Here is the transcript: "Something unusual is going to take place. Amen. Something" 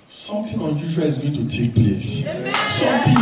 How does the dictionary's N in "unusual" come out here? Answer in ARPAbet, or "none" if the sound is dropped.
N